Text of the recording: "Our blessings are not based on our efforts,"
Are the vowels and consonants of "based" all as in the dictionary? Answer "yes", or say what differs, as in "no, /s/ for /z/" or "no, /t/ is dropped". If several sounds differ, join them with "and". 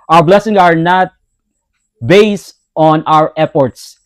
yes